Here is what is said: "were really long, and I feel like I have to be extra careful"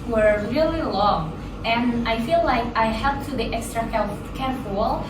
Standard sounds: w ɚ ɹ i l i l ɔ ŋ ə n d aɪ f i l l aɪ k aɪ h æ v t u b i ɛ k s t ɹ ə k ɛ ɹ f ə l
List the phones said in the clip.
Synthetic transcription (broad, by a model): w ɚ ɹ i l i l ɔ ŋ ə n aɪ f i l l aɪ k aɪ h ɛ p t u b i ɛ k s t ɹ ə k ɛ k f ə l